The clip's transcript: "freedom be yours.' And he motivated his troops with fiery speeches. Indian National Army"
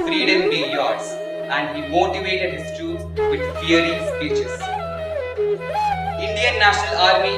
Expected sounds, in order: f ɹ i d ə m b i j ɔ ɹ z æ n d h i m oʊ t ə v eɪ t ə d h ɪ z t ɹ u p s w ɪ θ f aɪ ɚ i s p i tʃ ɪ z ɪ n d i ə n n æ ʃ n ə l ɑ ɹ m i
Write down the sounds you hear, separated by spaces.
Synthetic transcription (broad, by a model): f ɹ i d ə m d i j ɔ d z æ n d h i m oʊ t ə v eɪ t ə d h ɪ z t u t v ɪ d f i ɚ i s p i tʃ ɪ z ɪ n d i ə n n æ ʃ n ə l ɑ ɹ m i